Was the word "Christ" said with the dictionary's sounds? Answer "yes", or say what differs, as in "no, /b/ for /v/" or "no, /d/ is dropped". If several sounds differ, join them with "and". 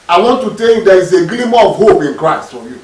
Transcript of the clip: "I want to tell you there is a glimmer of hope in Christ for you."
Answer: yes